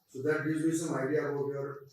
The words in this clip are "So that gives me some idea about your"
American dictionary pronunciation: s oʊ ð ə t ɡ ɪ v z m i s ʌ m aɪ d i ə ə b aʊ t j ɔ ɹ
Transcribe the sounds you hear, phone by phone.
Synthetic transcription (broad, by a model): s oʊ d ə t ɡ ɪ z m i s ʌ m aɪ d i ə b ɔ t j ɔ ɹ